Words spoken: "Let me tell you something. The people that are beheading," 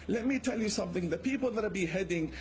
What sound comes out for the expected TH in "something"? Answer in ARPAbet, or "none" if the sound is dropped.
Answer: TH